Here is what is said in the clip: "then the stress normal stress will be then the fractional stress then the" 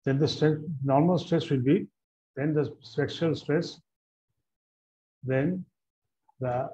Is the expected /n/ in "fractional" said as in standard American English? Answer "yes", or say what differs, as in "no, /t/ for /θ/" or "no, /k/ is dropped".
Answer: no, /n/ is dropped